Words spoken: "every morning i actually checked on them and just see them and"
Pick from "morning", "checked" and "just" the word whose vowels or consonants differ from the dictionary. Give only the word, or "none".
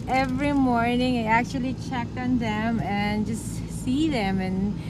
none